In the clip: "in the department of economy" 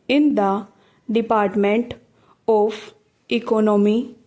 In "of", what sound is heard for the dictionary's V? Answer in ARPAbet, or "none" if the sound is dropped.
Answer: P